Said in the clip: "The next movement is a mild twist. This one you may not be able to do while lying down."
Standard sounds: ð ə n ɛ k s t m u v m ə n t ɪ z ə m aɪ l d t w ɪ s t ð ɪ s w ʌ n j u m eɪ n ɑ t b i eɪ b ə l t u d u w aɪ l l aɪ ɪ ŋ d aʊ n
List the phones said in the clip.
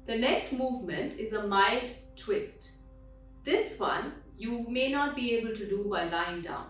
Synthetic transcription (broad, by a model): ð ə n ɛ k s t m u v m ə n t ɪ z ə m aɪ l d t w ɪ s t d ɪ s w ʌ n j u m eɪ n ɑ t b i eɪ b ə l t u d u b aɪ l l aɪ ɪ ŋ d aʊ n